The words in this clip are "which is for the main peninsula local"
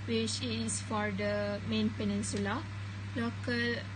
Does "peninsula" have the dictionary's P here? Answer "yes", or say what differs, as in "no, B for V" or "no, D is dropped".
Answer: yes